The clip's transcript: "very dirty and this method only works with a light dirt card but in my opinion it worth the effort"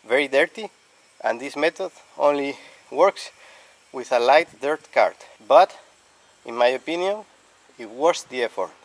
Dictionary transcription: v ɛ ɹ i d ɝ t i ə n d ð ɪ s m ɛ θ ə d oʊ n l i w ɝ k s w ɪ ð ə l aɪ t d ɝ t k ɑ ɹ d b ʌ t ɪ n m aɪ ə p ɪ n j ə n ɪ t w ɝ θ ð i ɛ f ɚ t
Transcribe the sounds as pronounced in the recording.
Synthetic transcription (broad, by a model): v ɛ ɹ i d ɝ t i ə n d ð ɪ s m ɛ t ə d oʊ n l i w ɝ k s w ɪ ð ə l aɪ t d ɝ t k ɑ ɹ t b ʌ t ɪ n m aɪ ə p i n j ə n ɪ t w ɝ s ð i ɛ f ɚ t